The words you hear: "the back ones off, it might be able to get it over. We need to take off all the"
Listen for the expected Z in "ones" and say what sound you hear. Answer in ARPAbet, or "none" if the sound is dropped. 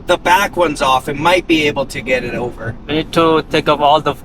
Z